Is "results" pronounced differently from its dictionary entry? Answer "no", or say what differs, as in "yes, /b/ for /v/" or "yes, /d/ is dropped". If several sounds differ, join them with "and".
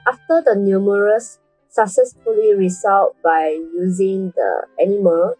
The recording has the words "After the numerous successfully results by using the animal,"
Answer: yes, /s/ is dropped